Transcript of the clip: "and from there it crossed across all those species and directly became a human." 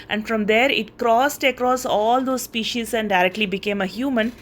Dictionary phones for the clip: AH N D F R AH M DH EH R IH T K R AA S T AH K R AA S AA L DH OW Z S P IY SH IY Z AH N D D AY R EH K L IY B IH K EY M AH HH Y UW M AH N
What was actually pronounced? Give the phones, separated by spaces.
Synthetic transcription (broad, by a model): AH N D F R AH M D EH R IH T K R AA S T AH K R AA S AA L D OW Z S P IY SH IY Z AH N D D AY R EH K L IY B IH K EY M AH HH Y UW M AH N